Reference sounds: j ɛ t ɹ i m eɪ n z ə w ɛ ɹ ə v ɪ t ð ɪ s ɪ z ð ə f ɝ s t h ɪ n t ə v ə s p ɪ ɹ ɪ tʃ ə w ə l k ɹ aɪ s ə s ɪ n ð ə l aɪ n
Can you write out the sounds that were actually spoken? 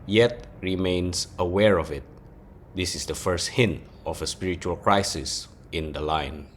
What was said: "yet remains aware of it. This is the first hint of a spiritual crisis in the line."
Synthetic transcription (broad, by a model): j ɛ t ɹ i m eɪ n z ə w ɛ ɹ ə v ɪ t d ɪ s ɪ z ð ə f ɝ s t h ɪ n t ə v ə s p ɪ ɹ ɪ tʃ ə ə l k ɹ aɪ s ə s ɪ n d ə l aɪ n